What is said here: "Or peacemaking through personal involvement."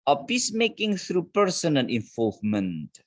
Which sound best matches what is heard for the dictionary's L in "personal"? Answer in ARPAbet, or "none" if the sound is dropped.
N